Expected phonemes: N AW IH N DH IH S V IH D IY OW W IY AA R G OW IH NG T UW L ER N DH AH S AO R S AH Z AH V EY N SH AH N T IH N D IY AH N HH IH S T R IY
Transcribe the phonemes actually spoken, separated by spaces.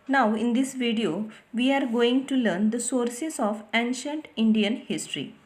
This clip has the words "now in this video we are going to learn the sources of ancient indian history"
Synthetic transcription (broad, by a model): N AW IH N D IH S V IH D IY OW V IY AA R G OW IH NG T UW L ER N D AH S AO R S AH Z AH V EY N SH AH N T IH N D IY AH N HH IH S T R IY